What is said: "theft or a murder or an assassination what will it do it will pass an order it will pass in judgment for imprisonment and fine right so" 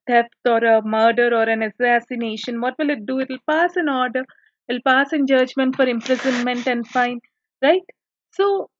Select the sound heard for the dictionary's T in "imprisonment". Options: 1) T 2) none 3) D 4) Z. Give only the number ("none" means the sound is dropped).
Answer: 1